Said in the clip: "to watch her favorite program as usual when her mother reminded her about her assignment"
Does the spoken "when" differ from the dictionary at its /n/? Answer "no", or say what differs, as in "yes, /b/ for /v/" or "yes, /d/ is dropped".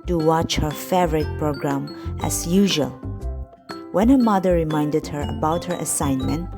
no